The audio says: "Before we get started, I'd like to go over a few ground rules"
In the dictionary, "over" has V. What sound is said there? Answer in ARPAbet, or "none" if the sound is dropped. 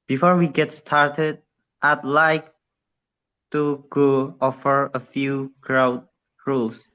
F